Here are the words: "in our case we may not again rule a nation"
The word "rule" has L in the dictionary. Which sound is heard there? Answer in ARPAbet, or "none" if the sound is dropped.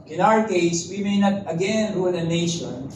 N